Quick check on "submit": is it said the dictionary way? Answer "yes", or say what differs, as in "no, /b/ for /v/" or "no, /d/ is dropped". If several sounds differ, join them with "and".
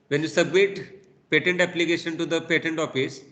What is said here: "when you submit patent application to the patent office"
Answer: yes